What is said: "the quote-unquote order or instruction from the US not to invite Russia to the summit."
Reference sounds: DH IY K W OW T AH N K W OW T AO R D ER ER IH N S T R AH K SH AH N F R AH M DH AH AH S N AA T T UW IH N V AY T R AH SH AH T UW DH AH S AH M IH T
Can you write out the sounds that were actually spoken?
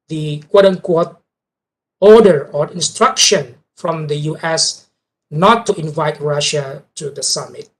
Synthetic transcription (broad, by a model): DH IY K W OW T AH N K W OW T AO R D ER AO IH N S T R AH K SH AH N F R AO M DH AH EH S N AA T T UW IH N V AY T R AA SH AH T UW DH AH S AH M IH T